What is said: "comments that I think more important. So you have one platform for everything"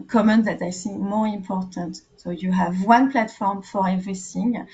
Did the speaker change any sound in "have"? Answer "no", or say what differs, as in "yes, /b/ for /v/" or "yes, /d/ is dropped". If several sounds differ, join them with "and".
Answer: no